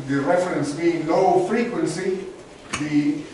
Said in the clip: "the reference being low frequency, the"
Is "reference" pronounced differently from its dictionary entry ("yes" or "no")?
no